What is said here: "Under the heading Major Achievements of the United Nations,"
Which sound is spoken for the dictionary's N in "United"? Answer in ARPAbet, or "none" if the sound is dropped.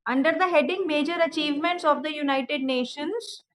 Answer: N